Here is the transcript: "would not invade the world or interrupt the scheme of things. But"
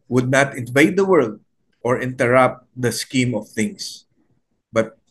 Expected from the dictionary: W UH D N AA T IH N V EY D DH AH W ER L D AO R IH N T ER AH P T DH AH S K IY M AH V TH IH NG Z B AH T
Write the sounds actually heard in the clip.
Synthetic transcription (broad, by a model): W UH D N AA T IH N V EY D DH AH W ER L D AO R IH N T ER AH P T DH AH S K IY M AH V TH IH NG S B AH T